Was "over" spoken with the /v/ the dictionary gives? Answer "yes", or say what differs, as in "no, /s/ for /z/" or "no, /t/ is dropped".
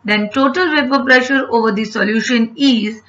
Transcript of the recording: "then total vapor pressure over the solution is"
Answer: yes